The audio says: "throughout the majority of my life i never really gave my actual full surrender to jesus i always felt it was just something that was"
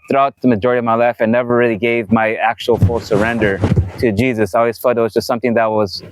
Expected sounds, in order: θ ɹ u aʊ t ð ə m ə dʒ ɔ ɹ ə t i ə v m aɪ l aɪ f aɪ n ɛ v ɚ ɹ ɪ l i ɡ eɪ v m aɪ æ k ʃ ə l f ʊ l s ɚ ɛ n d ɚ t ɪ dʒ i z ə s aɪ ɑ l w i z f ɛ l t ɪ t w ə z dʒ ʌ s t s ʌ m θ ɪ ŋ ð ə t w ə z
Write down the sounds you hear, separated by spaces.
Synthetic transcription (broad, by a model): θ ɹ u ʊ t ð ə m ə dʒ ɔ ɹ ə t i ə v m aɪ l aɪ f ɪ n ɛ v ɚ ɹ ɪ l i ɡ eɪ v m aɪ æ k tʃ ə l f ʊ l s ɚ ɛ n d ɚ t ɪ dʒ i z ə s aɪ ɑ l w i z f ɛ t ɪ t w ə z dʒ ʌ s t s ʌ m θ ɪ ŋ ð ə t w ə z